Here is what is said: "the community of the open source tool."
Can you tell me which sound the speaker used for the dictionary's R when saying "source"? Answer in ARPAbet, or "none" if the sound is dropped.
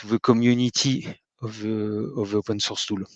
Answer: R